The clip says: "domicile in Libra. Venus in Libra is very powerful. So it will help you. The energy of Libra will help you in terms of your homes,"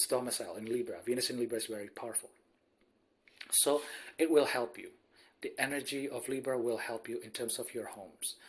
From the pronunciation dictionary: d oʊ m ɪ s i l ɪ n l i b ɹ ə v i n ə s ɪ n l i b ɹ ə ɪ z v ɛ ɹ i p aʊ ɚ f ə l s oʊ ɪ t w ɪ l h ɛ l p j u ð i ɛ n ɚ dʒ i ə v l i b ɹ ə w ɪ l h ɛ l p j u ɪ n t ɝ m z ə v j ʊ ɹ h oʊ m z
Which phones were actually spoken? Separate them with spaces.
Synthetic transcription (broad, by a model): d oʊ m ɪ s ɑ l ɪ n l i b ɹ ə v i n ə s ɪ n l i b ɹ ə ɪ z v ɛ ɹ i p aʊ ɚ f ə l s oʊ ɪ t w ɪ l h ɛ l p j u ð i ɛ n ɚ dʒ i ə v l i b ɹ ə w ɪ l h ɛ l p j u ɪ n t ɝ m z ə v j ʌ ɹ h oʊ m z